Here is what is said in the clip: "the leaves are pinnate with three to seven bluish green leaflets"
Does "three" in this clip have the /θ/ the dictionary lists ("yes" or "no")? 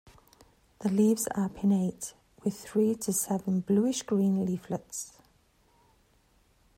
yes